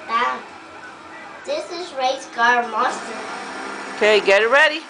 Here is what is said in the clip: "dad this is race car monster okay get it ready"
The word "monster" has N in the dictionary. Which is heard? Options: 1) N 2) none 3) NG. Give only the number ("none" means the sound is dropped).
2